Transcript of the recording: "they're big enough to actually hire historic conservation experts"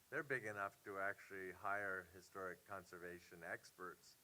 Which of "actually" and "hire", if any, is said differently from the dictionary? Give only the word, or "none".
none